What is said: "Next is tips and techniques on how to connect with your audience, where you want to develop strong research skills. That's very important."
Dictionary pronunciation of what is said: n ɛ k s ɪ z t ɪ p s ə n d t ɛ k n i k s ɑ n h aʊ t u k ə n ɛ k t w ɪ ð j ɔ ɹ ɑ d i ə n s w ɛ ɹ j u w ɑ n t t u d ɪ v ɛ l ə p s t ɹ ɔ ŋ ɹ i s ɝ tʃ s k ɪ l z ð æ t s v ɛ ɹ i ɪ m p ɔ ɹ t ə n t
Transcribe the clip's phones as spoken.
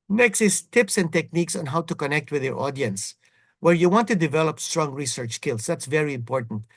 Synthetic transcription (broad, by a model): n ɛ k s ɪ s t ɪ p s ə n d t ɛ k n i k s ɑ n h aʊ t u k ə n ɛ k t w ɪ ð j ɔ ɹ ɑ d i ə n s w ɛ ɹ j u w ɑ n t t u d ɪ v ɛ l ə p s t ɹ ɔ ŋ ɹ i s ɝ tʃ s k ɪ l s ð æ t s v ɛ ɹ i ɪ m p ɔ ɹ t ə n t